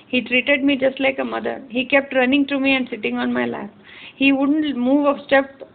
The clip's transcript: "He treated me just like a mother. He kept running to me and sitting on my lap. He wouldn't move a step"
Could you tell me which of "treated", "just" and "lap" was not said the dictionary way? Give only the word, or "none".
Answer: lap